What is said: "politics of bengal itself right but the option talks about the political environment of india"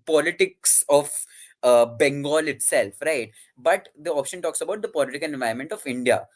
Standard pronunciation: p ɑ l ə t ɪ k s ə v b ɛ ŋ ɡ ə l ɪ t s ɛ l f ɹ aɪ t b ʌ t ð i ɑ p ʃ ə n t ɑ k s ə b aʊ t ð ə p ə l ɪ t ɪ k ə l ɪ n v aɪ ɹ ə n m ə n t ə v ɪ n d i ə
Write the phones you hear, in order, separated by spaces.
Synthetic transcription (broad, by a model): p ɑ l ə t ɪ k s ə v b ɛ ŋ ɡ ə l ɪ t s ɛ l f ɹ aɪ t b ʌ t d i ɑ p ʃ ə n t ɑ k s ə b aʊ t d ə p ə l ɪ t ɪ k ə l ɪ n v aɪ ə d m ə n t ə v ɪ n d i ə